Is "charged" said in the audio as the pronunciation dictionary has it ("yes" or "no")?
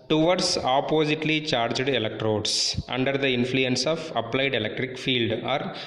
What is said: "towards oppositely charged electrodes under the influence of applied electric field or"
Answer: yes